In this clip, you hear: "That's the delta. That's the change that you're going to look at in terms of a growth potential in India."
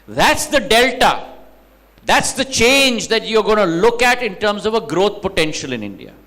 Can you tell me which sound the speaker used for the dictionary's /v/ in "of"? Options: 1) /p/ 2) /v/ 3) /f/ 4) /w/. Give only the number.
2